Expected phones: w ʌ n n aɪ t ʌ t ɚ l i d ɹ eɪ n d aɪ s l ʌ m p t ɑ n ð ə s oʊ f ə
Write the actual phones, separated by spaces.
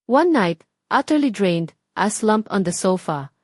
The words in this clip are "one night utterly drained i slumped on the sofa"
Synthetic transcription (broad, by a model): w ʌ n n aɪ t ʌ t ɚ l i d ɹ eɪ n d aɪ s l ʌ m p ɑ n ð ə s oʊ f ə